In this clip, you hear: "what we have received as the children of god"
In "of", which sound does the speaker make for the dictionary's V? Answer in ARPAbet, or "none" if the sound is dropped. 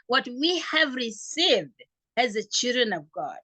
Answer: V